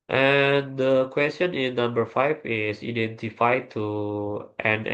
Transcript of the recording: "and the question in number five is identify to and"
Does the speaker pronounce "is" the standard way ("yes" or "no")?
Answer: no